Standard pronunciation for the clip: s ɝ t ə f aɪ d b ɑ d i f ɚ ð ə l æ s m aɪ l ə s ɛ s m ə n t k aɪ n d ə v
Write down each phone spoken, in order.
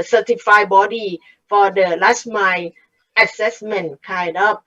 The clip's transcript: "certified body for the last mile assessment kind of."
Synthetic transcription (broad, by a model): s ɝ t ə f aɪ b ɑ d i f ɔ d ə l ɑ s m aɪ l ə s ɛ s m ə n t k aɪ d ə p